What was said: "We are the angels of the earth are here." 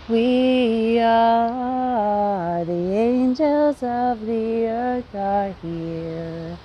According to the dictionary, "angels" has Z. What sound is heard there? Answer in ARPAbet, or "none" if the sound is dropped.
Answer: Z